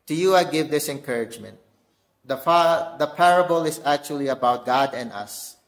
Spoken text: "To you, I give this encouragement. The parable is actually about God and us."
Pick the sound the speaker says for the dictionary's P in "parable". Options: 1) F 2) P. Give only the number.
2